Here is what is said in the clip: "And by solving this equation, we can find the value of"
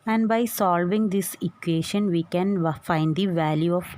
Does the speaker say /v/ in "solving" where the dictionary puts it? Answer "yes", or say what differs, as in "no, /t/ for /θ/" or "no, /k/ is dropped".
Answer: yes